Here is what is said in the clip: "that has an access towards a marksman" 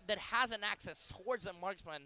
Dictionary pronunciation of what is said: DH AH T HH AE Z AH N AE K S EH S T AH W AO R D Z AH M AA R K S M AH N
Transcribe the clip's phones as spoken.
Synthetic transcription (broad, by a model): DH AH T HH AE Z AH N AE K S EH S T AH W AO R D Z AH M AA R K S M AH N